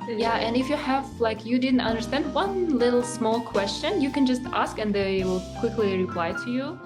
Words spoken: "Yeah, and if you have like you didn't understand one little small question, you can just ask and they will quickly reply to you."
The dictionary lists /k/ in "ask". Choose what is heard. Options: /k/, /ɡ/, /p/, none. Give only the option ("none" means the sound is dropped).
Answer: /k/